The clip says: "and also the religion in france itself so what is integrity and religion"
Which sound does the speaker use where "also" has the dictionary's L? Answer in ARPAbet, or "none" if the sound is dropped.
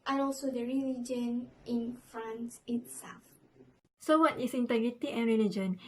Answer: L